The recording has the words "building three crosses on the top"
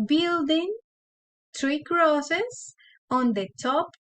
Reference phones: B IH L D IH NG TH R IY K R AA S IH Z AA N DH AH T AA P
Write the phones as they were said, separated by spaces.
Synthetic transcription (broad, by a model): B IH L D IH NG T R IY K R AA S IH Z AA N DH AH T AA P